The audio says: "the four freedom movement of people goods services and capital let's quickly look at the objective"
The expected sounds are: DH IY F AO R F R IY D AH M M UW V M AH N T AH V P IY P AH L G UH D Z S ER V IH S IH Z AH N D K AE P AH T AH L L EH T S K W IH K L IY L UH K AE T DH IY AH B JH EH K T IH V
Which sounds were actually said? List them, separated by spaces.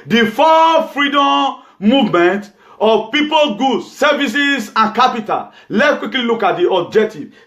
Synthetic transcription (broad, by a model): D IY F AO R F R IY D AH M M UW V M AH N T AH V P IY P AH L G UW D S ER V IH S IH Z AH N K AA P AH T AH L L EH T K W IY K L IY L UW K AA T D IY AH B JH EH K T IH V